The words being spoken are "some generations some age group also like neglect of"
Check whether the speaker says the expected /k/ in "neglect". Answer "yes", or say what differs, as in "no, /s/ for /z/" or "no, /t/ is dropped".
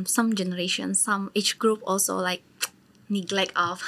yes